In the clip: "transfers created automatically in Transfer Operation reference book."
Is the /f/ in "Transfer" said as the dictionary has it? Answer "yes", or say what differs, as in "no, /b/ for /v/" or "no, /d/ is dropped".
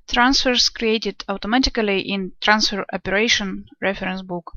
yes